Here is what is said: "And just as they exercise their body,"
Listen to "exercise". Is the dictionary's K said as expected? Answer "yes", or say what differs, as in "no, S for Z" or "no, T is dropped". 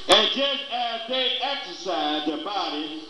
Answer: yes